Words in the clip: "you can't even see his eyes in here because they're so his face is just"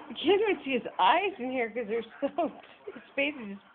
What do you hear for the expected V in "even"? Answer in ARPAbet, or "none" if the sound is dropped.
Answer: W